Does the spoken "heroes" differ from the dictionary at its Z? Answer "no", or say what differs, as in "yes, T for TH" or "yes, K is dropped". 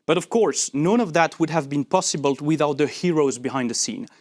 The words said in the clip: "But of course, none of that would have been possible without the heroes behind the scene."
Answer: no